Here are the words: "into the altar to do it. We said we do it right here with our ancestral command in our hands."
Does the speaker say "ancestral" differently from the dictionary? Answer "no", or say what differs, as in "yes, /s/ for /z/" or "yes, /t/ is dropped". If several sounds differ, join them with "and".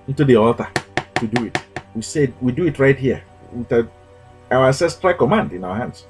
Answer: yes, /n/ is dropped